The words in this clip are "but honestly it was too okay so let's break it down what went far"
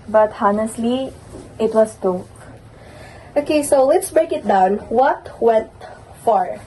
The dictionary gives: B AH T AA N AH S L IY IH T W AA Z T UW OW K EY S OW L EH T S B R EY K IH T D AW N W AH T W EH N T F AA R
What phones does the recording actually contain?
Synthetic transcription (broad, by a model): B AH T AA N AH S L IY IH T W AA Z T UW OW K EY S OW L EH T S B R EY K IH T D AW N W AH T W EH N T F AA R